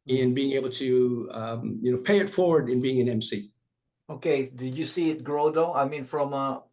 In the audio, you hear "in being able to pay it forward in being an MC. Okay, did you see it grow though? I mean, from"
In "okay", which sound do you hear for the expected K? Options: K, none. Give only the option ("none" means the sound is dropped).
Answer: K